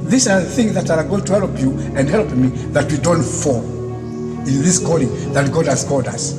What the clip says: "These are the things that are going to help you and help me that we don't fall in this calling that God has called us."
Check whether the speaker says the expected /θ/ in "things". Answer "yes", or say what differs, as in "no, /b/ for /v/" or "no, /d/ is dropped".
yes